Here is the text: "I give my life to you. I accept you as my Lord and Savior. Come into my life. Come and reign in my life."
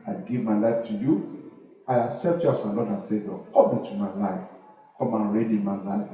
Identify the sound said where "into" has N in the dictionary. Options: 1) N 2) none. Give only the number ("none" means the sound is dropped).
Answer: 2